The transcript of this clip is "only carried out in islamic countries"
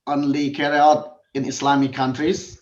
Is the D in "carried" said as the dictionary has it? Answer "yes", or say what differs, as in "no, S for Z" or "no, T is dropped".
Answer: no, D is dropped